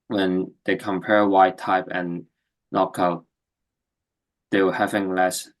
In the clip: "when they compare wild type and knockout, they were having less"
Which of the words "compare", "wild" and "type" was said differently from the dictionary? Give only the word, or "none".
wild